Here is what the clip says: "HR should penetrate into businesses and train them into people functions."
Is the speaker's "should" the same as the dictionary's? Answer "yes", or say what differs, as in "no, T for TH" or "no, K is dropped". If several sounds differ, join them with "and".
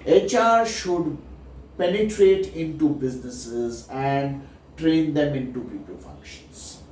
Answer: yes